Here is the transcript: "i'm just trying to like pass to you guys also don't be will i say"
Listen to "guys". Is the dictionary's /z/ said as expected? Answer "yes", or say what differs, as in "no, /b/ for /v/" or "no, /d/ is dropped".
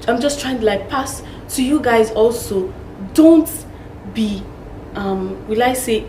yes